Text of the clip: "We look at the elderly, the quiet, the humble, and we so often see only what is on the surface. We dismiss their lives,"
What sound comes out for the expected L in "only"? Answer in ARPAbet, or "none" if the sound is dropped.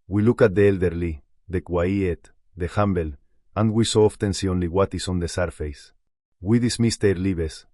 L